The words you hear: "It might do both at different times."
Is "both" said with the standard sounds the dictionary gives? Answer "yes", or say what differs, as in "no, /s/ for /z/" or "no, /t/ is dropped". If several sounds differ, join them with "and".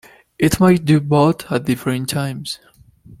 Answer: no, /t/ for /θ/